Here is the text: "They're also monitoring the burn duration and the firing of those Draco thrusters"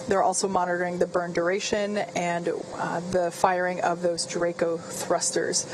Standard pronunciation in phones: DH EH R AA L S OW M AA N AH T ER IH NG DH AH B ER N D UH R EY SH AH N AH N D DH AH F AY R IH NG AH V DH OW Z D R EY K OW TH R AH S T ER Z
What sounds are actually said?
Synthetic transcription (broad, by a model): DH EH R AA L S OW M AA N AH T ER IH NG DH AH B ER N D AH R EY SH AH N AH N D DH AH F AY R IH NG AH V DH OW Z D R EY K OW TH R AH S T ER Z